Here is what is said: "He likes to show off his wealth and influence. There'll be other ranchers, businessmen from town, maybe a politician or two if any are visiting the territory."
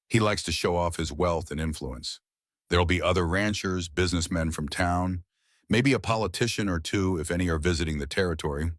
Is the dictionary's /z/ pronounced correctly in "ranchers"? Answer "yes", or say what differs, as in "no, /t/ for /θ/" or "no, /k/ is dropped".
yes